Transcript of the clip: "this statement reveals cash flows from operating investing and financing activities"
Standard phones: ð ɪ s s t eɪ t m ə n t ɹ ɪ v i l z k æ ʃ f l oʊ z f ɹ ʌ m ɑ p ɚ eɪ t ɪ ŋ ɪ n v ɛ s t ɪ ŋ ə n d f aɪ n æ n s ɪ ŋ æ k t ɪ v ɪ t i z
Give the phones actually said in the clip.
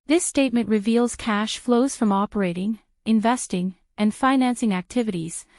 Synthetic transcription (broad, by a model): ð ɪ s s t eɪ t m ə n t ɹ ɪ v i l z k æ ʃ f l oʊ z f ɹ ʌ m ɑ p ɚ eɪ t ɪ ŋ ɪ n v ɛ s t ɪ ŋ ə n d f aɪ n æ n s ɪ ŋ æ k t ɪ v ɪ t i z